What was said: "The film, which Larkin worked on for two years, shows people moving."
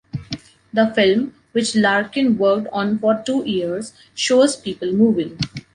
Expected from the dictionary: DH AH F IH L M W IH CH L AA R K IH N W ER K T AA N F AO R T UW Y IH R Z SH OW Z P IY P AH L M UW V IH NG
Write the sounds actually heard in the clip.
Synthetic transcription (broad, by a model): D AH F IH L M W IH CH L AA R K IH N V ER K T AA N F AO R T UW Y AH R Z SH OW Z P IY P AH L M UW V IH NG